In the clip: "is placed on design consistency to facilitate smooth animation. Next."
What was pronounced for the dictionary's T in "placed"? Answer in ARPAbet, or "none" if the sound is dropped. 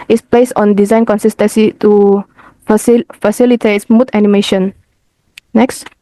none